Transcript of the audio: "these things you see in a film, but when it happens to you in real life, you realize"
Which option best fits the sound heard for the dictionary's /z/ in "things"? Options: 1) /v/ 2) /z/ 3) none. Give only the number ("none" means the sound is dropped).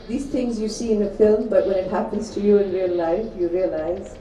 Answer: 2